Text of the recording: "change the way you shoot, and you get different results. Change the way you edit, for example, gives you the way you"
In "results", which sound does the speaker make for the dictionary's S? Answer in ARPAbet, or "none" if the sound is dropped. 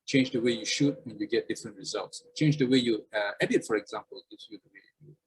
S